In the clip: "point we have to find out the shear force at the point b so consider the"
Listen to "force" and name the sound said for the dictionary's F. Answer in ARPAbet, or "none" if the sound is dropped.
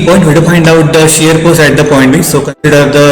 P